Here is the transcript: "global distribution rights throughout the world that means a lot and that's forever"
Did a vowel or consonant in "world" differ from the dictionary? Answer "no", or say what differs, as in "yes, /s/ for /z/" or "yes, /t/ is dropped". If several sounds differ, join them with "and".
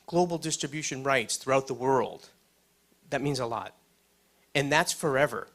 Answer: no